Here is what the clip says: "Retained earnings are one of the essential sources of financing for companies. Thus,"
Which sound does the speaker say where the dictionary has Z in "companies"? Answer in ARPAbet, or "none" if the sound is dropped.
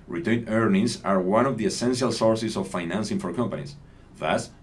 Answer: S